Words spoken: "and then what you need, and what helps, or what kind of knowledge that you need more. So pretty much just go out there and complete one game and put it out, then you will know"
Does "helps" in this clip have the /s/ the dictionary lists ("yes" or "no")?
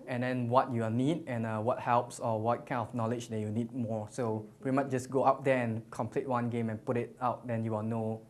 yes